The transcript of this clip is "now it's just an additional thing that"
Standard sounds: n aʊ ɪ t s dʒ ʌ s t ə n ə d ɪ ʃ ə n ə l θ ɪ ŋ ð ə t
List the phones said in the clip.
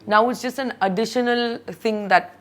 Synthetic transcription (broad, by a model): n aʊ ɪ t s dʒ ʌ s t ə n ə d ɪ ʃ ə n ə l t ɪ ŋ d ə t